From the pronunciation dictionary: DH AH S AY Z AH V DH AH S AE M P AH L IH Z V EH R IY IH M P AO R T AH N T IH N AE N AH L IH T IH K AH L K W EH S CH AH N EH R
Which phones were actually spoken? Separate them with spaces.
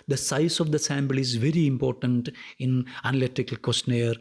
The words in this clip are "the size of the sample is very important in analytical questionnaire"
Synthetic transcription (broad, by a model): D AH S AY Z AH V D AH S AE M B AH L IH Z V EH R IY IH M P AO R T AH N T IH N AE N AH L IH T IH K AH L K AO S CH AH N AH R